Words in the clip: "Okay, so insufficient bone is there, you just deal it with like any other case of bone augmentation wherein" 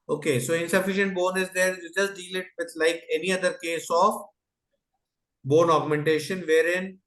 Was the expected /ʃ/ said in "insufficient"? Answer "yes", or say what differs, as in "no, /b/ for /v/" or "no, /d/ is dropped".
yes